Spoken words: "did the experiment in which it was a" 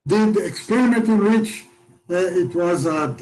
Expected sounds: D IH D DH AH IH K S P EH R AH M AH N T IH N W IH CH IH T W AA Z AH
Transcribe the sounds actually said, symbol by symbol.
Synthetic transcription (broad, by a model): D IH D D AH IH K S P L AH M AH T IH N W IH CH IH T W AA Z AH